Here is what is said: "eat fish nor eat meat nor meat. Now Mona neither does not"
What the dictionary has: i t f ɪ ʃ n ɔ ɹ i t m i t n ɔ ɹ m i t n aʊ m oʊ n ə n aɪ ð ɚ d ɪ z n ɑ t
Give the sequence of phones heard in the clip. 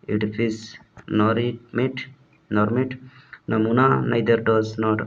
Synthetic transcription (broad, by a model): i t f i s n ɔ ɹ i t m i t n ɔ ɹ m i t n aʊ m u n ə n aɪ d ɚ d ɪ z n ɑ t